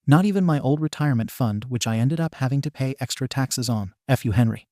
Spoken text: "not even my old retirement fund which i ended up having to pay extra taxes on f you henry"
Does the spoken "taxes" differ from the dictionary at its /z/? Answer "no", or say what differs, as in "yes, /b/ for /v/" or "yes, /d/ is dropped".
no